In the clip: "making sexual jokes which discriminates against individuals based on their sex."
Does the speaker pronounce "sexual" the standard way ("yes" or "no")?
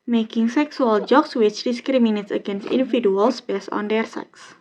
no